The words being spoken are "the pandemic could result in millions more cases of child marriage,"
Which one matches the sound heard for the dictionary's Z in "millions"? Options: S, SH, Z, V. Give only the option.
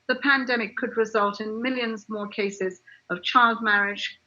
Z